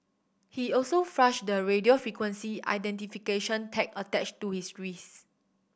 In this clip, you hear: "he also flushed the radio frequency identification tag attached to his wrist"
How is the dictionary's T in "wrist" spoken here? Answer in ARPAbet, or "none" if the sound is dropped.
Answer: none